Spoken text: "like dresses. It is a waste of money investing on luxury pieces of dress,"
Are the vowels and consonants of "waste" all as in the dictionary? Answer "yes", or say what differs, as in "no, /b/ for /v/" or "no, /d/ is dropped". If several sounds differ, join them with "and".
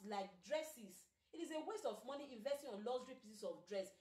yes